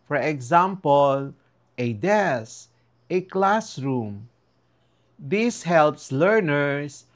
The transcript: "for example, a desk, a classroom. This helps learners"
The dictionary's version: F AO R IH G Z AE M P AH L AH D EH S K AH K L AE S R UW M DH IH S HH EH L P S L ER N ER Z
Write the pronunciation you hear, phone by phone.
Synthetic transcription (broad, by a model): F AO R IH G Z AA M P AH L AH D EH S AH K L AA S R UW M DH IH S HH EH L P S L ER N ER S